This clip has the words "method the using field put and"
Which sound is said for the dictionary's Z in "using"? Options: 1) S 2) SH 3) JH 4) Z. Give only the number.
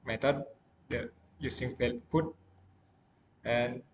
1